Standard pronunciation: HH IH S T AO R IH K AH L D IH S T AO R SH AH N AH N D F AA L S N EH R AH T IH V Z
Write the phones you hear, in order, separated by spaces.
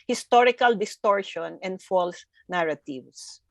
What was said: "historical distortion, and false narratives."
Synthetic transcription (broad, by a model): HH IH S T AO R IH K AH L D IH S T AO R SH AH N AH N D F AA L S N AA R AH T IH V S